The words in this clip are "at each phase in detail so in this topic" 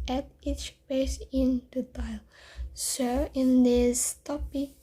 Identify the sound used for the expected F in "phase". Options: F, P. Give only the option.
P